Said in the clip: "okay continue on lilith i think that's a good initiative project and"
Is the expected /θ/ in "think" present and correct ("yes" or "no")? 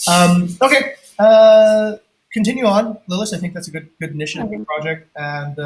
yes